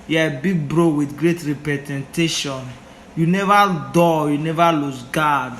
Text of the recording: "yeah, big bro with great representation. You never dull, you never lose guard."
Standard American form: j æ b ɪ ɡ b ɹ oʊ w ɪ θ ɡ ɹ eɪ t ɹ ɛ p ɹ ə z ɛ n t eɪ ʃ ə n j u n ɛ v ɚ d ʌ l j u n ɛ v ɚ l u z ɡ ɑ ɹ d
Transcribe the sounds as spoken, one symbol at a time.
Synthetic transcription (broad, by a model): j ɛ b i ɡ b ɹ oʊ w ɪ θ ɡ ɹ eɪ t ɹ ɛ p ɹ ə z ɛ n t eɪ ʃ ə n j u n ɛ v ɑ d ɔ j u n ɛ v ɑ l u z ɡ ɑ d